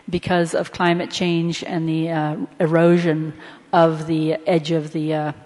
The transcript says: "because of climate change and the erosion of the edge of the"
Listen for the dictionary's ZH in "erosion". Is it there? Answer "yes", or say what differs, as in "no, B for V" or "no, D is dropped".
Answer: yes